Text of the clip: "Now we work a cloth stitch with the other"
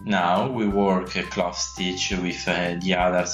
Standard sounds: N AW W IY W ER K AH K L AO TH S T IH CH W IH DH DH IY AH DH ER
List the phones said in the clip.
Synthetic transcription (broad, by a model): N AW W IY W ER K AH K L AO F S T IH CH W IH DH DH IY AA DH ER